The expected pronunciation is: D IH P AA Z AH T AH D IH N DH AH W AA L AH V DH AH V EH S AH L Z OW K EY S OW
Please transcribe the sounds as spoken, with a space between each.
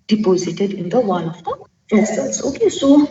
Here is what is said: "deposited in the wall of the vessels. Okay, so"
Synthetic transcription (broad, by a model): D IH P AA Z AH T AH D IH N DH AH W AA N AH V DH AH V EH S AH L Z OW K EY S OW